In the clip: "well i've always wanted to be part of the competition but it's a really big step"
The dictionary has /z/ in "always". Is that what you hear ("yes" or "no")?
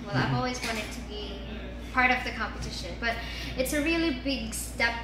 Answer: yes